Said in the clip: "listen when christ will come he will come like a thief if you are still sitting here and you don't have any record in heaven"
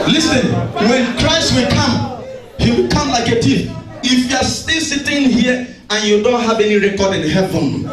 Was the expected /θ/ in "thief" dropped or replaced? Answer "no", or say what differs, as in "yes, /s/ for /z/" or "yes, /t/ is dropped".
yes, /t/ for /θ/